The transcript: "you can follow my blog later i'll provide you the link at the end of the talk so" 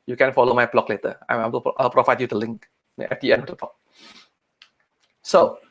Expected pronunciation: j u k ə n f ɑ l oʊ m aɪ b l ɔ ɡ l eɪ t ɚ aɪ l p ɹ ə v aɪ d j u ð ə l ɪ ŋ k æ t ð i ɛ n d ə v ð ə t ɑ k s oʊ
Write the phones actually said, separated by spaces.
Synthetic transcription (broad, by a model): j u k ə n f ɑ l oʊ m aɪ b l ɔ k l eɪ t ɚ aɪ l p ɹ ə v aɪ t j u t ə l ɪ ŋ k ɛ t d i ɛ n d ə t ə t ɑ k s oʊ